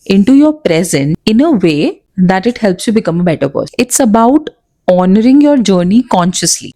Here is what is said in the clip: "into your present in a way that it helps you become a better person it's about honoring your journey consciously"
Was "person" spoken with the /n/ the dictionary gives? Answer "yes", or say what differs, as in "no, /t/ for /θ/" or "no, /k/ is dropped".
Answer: no, /n/ is dropped